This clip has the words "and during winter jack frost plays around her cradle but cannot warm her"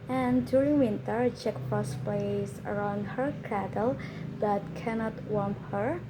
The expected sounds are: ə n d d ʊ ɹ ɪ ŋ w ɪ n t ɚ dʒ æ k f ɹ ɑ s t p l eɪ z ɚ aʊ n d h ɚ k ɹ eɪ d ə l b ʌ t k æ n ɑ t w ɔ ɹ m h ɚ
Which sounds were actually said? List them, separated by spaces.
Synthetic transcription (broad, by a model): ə n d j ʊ ɹ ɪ ŋ w ɪ n t ɚ tʃ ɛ k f ɑ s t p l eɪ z ɚ aʊ n d h ɚ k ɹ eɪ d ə l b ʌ t k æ n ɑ t w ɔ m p h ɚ